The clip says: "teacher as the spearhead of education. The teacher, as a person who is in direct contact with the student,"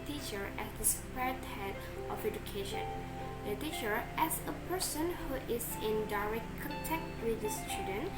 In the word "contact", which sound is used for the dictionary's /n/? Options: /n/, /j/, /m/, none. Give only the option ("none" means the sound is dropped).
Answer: none